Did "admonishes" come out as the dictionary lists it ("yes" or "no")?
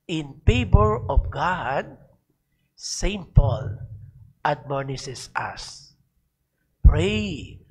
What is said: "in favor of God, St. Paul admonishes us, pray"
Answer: no